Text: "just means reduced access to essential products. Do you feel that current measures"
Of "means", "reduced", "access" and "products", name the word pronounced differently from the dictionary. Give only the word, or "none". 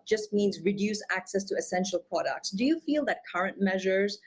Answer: reduced